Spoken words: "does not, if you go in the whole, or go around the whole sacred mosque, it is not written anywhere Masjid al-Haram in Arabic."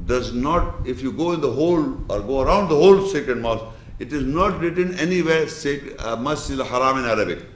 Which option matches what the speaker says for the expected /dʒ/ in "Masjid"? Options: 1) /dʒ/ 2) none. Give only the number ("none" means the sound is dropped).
2